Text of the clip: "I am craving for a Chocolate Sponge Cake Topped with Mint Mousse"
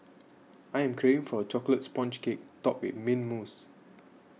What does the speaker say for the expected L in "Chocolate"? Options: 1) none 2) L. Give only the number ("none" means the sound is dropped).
2